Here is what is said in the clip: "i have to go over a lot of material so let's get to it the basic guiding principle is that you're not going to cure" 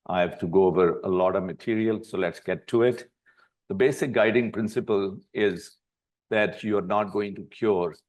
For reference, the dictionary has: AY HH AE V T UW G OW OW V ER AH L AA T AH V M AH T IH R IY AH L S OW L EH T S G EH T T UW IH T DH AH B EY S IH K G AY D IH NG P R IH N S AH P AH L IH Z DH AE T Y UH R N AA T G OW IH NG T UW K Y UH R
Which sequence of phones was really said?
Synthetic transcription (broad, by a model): AY HH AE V T UW G OW OW V ER AH L AA T AH V M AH T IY R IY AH L S OW L EH T S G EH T T UW IH T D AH B EY S IH K G AY D IH NG P R IH N S AH P AH L IH Z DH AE T Y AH R N AA T G OW IH NG T UW K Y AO R